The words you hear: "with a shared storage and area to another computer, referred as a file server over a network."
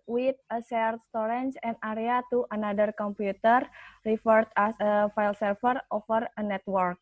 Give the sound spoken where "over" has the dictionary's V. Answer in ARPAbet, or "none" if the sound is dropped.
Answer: F